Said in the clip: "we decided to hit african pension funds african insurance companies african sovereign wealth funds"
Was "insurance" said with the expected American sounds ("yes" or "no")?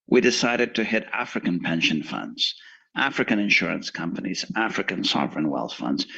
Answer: yes